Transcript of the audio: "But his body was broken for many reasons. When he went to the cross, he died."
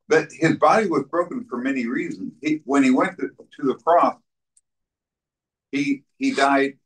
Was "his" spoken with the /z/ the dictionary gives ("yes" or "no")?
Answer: yes